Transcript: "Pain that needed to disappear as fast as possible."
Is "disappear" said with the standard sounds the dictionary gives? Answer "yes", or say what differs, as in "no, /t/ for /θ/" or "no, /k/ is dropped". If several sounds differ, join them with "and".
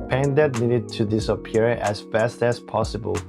yes